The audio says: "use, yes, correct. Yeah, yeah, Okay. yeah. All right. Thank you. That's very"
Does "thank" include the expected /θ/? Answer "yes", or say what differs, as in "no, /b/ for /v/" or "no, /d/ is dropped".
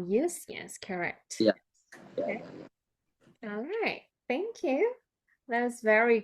yes